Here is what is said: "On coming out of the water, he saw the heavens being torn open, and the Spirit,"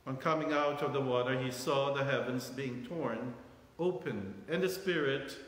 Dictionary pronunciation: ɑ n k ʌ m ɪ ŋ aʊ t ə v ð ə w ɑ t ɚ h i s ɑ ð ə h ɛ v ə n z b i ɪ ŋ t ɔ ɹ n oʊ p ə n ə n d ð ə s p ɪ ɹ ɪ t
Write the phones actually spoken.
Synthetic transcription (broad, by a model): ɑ n k ʌ m ɪ ŋ aʊ t ə v ð ə w ɑ t ɚ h i s ɑ ð ə h ɛ v ə n z b i ɪ ŋ t ɔ ɹ n oʊ p ə n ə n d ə s p ɪ ɹ ɪ t